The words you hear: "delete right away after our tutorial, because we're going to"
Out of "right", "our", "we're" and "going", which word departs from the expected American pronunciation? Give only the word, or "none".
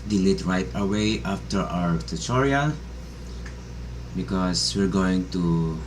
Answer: none